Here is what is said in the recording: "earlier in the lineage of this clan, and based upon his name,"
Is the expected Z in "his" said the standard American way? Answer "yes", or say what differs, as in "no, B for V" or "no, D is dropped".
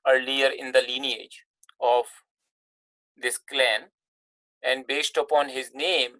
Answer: yes